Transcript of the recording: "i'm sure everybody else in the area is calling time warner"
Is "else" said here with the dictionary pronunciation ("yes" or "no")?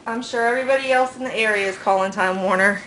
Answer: yes